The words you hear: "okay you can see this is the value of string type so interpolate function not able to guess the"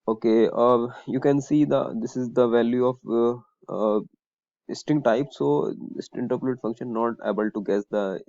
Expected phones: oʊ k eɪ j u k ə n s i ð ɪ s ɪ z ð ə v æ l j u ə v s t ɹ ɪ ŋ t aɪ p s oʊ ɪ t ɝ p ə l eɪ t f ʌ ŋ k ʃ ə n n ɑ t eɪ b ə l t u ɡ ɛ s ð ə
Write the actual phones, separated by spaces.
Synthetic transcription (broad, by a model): oʊ k eɪ j u k ə n s i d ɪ s ɪ z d ə v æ l j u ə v s t ɪ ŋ t aɪ p s oʊ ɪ t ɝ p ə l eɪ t f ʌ ŋ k ʃ ə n n ɑ t eɪ b ə l t u ɡ ɛ s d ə